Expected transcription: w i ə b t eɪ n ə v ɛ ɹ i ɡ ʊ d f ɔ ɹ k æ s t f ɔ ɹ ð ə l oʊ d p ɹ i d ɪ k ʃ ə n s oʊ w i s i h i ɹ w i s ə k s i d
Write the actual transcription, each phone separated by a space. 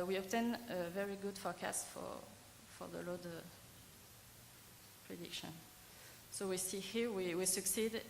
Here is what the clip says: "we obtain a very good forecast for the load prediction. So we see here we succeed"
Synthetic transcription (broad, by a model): w i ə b t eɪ n ə v ɛ ɹ i ɡ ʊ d f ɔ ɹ k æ s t f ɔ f ð ə l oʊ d p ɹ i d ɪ k ʃ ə n s oʊ w i s i h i w w i s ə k s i d